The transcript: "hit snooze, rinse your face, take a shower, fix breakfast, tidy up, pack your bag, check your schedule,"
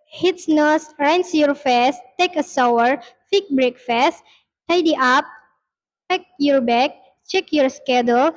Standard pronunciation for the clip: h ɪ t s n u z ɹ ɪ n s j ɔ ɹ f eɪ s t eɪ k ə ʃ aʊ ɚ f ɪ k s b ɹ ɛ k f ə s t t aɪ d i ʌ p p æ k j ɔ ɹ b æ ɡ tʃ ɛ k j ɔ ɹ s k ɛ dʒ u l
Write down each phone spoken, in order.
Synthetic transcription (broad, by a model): h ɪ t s n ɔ s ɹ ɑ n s j ɔ ɹ f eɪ s t eɪ k ə s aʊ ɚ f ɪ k b ɹ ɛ k f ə s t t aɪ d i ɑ p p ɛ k j ɔ ɹ b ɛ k tʃ ɛ k j ɔ ɹ s k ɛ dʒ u l